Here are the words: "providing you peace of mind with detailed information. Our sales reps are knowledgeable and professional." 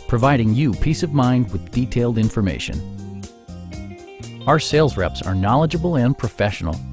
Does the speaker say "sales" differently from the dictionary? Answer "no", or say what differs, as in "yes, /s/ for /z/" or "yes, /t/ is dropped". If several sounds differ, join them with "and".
no